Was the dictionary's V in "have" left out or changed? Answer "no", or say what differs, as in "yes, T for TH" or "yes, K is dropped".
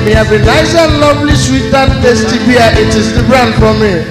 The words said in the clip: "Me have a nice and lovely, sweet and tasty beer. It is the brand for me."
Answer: yes, B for V